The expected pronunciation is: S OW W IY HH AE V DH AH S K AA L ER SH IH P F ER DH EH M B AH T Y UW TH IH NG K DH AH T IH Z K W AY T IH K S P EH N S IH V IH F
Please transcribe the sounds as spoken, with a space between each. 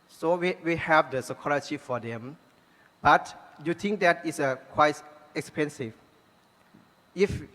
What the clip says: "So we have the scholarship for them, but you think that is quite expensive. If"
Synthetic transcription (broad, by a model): S OW W IY HH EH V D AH S K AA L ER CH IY F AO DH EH M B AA T Y UW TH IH NG K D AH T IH S K W AY T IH K S P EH N S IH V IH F